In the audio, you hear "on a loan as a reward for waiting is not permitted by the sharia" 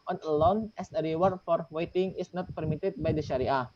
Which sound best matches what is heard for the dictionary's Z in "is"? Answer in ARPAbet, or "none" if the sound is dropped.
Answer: S